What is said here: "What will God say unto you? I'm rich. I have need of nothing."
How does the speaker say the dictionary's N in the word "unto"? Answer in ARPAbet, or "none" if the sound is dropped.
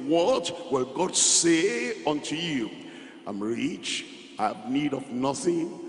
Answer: N